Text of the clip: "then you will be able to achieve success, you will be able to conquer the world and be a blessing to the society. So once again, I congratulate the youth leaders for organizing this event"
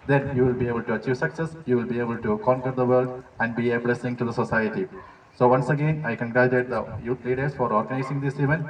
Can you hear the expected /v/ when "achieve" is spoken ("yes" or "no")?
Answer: yes